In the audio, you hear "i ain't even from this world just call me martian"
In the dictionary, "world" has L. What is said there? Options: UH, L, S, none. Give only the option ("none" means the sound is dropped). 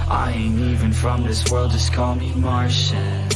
L